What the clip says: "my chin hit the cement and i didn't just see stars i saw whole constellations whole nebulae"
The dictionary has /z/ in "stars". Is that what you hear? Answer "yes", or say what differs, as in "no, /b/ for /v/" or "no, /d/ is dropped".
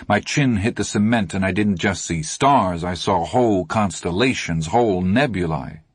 yes